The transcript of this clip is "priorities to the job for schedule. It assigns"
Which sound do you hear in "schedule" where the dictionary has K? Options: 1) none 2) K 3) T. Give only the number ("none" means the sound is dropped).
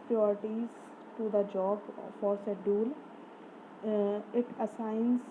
1